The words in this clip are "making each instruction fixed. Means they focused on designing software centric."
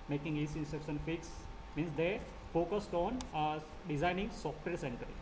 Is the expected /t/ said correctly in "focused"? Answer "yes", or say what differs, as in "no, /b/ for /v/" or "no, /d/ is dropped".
yes